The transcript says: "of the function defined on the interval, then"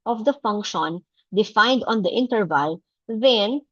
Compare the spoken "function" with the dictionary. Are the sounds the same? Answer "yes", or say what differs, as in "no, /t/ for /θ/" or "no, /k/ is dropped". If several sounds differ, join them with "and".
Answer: yes